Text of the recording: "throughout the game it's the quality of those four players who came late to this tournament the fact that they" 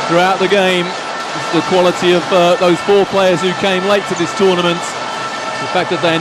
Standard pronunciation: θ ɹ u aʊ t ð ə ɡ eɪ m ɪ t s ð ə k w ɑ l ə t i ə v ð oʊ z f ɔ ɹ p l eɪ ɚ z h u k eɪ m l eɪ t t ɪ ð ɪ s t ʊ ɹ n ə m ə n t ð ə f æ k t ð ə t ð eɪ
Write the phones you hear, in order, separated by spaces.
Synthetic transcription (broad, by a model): θ ɹ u aʊ t ð ə ɡ eɪ ɪ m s ð ə k w ɑ l ə t i ə v ð oʊ z f ɔ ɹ p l eɪ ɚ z h u k eɪ m l eɪ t t ɪ ð ɪ s t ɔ ɹ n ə m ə n t ð ə f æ k ð ə t ð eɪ